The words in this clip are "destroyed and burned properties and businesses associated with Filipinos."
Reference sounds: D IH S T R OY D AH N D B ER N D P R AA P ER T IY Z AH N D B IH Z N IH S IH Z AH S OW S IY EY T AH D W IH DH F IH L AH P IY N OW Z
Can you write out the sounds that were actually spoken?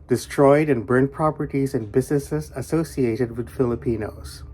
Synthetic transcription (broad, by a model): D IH S T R OY D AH N B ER N P R AA P ER T IY Z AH N B IH Z N IH S IH Z AH S OW S IY EY T AH D W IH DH F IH L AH P IY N OW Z